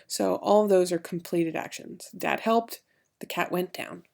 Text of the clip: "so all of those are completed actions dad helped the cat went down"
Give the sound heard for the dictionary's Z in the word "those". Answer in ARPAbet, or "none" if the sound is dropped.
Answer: Z